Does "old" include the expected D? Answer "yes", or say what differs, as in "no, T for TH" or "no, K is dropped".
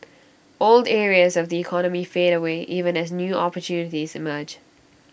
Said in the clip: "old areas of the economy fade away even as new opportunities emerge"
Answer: yes